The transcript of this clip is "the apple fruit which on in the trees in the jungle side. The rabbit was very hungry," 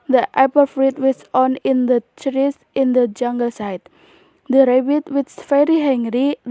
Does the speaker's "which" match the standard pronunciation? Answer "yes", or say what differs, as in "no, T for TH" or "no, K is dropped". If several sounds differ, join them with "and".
no, S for CH